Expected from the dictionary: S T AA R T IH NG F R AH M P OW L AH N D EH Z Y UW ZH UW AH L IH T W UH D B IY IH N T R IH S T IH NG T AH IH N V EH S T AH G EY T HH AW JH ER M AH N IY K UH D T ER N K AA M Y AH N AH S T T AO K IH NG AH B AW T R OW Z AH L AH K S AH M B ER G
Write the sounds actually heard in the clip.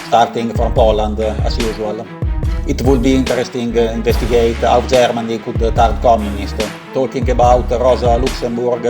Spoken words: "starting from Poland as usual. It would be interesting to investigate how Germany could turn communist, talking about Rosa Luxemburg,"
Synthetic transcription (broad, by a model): S T AA R T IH NG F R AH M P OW L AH N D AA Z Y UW Z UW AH L IH T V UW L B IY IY N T R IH S T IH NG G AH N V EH S T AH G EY T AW JH ER M AH N IY K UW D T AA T K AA M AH N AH S T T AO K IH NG AH B AW T R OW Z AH L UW K S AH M B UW G